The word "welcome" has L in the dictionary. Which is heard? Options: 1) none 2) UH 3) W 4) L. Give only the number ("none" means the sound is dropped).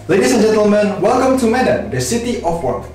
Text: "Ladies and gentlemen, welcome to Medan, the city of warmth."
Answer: 4